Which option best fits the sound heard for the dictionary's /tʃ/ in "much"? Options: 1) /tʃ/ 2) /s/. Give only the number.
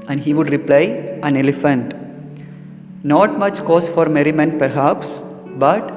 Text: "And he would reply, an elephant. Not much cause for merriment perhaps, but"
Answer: 1